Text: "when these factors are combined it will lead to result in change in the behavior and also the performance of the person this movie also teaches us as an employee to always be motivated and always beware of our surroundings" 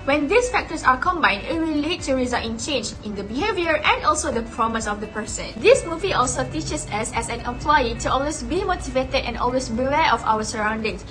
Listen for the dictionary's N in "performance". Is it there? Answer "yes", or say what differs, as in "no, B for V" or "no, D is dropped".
no, N is dropped